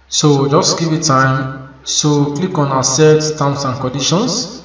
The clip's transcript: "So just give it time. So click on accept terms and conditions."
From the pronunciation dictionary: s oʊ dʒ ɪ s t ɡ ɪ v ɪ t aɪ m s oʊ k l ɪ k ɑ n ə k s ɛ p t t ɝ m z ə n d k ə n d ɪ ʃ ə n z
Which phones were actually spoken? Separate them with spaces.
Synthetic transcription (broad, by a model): s oʊ dʒ ɪ s t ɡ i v ɪ t aɪ m s oʊ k l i k ɑ n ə s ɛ t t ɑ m s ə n k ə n d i ʃ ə n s